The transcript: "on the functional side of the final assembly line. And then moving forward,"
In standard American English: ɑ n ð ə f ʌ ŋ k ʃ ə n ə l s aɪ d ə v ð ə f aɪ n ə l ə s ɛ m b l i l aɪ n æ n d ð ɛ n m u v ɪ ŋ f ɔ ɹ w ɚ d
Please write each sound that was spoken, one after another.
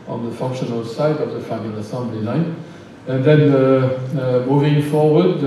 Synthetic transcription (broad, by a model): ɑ n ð ə f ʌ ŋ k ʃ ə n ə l s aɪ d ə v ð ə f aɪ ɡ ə n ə s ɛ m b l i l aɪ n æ n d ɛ n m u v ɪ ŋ f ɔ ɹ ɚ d